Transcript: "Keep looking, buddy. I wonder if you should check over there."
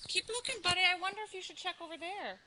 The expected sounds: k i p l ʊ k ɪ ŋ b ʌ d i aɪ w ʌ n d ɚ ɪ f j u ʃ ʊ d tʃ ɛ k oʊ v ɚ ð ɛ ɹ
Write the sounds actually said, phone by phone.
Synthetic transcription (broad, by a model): k i p l ʊ k ɪ ŋ b ʌ d i aɪ w ʌ n d ɚ ɪ f j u ʃ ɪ d tʃ ɛ k oʊ v ɚ ð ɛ ɹ